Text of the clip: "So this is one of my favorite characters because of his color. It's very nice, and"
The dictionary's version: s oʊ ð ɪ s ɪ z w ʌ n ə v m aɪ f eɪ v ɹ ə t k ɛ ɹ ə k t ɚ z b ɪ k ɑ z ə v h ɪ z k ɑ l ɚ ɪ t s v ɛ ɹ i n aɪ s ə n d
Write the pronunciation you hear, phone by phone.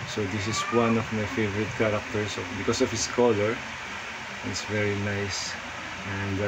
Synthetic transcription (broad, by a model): s oʊ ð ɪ s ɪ s w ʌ n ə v m aɪ f eɪ v ɹ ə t k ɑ ɹ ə k t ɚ s b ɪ k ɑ s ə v h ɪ s k ɑ l ɚ ɪ t s v ɛ ɹ i n aɪ s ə n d